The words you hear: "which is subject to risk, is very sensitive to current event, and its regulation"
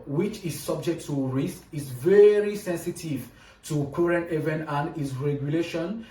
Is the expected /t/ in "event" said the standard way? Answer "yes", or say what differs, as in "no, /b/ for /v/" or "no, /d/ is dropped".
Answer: no, /t/ is dropped